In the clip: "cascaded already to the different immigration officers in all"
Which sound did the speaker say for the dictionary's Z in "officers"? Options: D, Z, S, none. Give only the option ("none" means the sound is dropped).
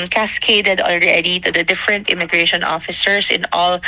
S